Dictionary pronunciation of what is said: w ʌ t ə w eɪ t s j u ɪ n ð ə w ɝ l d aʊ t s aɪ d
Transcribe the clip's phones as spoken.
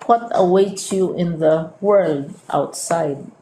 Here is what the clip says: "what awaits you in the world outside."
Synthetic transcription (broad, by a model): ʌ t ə w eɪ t j u ɪ n ð ə w ɝ l d aʊ t s aɪ d